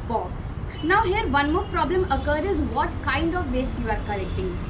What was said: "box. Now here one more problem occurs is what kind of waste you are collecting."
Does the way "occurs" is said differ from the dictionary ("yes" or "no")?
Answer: yes